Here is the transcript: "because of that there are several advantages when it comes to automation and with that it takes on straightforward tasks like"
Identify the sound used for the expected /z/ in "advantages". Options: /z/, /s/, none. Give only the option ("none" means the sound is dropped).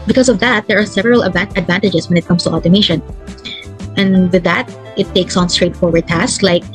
/s/